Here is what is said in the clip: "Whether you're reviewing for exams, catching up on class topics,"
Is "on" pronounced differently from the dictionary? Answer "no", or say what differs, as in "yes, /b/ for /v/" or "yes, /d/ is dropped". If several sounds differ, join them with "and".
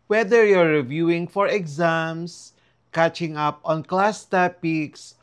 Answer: no